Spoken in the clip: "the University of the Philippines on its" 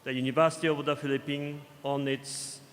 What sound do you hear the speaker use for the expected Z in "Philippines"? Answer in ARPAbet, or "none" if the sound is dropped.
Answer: none